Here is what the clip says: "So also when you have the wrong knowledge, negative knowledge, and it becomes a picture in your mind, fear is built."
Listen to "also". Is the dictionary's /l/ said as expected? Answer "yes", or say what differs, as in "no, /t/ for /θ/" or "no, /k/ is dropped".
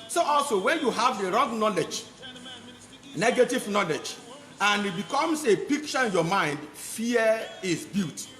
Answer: yes